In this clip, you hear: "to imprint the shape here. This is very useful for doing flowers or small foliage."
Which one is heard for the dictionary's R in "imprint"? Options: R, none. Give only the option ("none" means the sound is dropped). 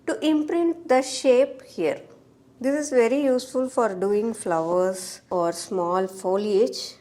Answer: R